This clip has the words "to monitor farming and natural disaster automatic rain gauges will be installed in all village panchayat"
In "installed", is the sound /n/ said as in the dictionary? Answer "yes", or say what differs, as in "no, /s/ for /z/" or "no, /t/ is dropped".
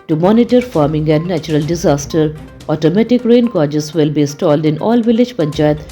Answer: no, /n/ is dropped